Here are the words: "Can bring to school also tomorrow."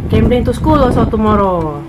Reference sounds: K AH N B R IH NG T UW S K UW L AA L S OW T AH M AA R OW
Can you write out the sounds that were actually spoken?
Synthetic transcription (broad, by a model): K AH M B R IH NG T UW S K UW L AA S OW T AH M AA R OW